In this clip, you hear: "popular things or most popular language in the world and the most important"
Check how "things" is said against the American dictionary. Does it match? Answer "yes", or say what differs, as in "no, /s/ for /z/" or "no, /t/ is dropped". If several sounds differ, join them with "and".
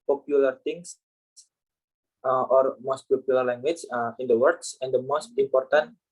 no, /t/ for /θ/ and /s/ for /z/